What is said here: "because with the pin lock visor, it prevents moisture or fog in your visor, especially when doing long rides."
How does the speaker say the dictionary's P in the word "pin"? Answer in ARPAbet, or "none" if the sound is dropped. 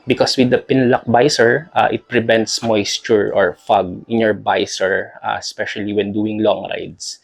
P